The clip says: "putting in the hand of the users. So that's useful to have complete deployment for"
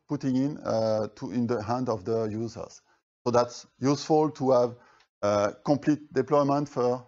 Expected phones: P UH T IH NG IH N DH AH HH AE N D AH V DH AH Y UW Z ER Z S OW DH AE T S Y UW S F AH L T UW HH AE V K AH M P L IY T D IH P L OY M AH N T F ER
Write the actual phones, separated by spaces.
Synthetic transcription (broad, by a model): P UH T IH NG IH N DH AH HH AE N D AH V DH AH Y UW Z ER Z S OW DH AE T S Y UW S F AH L T UW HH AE V K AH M P L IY T D IH P L OY M AH N T F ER